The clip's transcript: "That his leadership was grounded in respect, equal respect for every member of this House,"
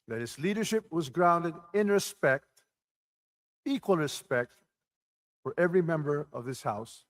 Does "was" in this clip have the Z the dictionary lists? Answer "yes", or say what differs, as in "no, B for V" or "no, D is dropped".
yes